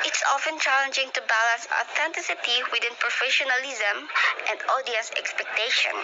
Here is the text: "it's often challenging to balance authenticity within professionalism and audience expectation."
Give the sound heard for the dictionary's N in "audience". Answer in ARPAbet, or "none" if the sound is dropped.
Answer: none